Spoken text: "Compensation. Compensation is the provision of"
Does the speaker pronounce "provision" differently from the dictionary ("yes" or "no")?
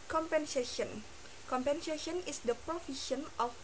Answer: yes